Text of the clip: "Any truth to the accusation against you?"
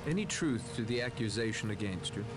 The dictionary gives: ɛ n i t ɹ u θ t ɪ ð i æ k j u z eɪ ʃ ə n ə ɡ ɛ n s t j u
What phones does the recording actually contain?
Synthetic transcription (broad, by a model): ɛ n i t ɹ u θ t ɪ ð i æ k j u z eɪ ʃ ə n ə ɡ ɛ n s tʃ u